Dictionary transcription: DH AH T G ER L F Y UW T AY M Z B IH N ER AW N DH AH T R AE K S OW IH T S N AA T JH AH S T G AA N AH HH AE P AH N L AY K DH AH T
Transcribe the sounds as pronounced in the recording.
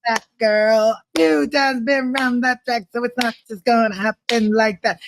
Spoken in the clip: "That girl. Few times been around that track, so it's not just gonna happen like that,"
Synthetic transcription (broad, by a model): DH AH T G ER L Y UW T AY Z B IH N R AW N DH AH T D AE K S OW IH T S N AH T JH AH S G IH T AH HH AE P AH N L AY K DH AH T